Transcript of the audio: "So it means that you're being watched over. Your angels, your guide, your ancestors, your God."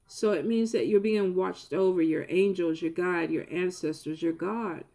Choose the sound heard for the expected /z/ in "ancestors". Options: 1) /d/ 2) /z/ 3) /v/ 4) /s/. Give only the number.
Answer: 2